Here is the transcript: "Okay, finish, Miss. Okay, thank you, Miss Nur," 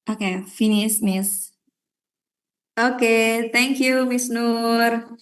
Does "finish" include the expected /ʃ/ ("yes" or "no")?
no